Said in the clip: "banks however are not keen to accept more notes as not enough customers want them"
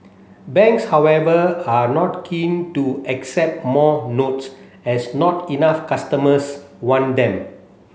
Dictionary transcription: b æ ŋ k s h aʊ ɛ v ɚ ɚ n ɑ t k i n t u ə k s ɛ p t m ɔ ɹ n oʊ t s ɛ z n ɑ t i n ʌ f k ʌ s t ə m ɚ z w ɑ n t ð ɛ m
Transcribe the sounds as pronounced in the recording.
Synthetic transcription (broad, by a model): b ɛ ŋ k s h aʊ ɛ v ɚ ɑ n ɑ t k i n t u ə k s ɛ p t m ɔ n oʊ t s ɛ s n ɑ t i n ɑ f k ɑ s t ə m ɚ s w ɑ n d ɛ m